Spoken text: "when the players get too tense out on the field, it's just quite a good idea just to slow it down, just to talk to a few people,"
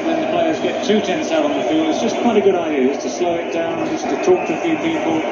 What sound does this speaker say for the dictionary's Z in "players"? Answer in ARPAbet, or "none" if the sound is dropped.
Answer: Z